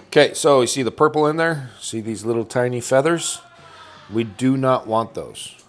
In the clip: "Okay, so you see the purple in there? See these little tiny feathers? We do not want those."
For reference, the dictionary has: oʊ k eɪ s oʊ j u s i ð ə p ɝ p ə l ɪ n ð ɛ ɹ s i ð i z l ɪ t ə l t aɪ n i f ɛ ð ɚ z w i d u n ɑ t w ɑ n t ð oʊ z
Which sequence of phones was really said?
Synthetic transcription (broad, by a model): oʊ k eɪ s oʊ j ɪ s i ð ə p ɝ p l ɪ n ð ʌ ɹ s i ð i z l ɪ t l t aɪ n i f ɛ ð ɚ z w i d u n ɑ t w ɑ n ð oʊ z